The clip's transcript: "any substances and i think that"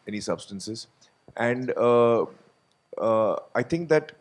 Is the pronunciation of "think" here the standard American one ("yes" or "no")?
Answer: no